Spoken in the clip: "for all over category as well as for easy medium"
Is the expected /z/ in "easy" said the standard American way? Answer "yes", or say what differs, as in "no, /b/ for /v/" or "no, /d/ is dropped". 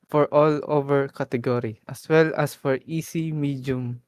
no, /s/ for /z/